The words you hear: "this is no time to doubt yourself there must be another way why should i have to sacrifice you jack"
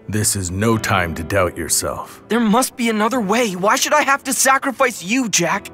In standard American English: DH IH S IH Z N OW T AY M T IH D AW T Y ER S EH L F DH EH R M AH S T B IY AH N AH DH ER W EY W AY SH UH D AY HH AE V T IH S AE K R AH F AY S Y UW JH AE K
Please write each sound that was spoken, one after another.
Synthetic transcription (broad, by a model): DH IH S IH Z N OW T AY M T IH D AW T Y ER S EH L F DH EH R M AH S T B IY AH N AH DH ER W EY W AY SH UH D AY HH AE F T IH S AE K R AH F AY S Y UW JH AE K